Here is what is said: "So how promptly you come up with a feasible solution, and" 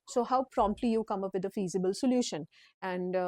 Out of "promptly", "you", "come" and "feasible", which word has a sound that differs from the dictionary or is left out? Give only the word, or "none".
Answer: none